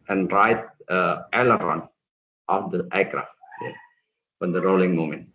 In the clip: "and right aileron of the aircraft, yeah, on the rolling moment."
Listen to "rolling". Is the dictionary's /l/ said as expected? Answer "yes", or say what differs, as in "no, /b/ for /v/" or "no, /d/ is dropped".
yes